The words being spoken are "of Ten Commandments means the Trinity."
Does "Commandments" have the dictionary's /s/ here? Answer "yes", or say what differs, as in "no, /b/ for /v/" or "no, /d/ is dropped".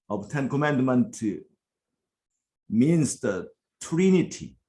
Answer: no, /s/ is dropped